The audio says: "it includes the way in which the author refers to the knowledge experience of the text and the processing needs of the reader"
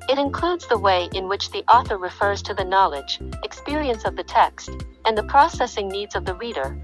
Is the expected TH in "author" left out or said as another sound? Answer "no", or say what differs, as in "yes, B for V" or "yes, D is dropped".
no